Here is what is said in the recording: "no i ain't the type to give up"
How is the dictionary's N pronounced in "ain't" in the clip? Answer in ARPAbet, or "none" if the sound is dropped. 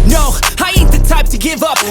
none